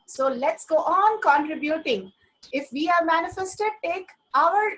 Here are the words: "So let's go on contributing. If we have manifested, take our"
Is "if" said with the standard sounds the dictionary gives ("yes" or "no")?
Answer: yes